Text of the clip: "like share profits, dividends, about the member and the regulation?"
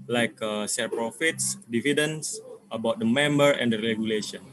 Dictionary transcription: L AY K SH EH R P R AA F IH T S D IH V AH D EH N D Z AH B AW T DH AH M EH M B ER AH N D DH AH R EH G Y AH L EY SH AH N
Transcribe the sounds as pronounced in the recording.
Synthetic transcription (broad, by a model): L AY K S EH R P R AA F IH T S D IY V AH D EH N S AH B AW T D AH M EH M B ER AH N D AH R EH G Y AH L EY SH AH N